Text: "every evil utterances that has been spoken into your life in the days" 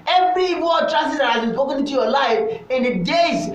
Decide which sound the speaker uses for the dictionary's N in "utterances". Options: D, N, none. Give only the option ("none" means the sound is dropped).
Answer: none